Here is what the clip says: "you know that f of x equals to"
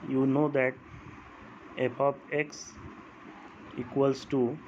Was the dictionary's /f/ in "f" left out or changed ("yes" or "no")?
yes